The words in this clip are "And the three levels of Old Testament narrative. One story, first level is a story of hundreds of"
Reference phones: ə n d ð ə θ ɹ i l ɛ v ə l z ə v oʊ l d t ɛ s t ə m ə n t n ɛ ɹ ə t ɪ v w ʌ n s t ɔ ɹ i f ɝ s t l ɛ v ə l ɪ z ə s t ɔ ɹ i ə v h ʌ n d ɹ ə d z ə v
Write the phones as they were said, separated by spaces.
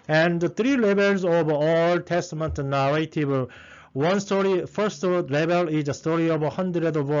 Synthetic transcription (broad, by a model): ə n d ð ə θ ɹ i l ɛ b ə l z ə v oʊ l t ɛ s t ə m ə n t n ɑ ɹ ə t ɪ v w ʌ n s t ɔ ɹ i f ɝ s t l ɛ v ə l ɪ z ə s t ɔ ɹ i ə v h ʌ n d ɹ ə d ə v